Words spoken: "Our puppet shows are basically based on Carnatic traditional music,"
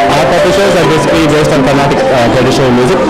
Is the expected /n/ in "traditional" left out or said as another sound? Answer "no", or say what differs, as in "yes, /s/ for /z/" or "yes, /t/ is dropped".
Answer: yes, /n/ is dropped